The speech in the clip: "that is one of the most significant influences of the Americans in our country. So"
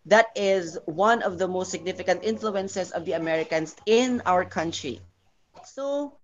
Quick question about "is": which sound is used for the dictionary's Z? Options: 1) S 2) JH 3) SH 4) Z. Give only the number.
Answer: 4